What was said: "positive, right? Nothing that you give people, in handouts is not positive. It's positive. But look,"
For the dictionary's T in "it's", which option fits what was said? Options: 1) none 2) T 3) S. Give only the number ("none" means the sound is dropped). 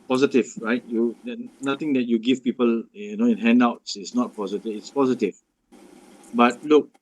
2